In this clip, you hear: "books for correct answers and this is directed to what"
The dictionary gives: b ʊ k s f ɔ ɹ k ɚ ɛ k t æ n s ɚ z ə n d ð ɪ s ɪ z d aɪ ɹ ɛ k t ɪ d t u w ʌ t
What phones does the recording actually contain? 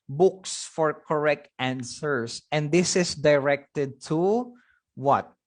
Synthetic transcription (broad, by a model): b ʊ k s f ɔ ɹ k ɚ ɛ k t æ n s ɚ s ə n d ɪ s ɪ s d aɪ ɹ ɛ k t ɪ d t u w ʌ t